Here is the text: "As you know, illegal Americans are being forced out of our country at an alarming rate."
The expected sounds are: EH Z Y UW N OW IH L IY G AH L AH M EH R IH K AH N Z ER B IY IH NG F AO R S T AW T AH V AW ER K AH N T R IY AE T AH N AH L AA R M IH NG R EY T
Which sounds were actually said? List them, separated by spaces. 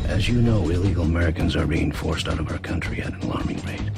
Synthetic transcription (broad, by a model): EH Z Y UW N OW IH L IY G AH L AH M EH R IH K AH N Z ER B IY IH NG F AO R S T AW T AH V AW ER K AH N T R IY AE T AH N L AA R M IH NG R EY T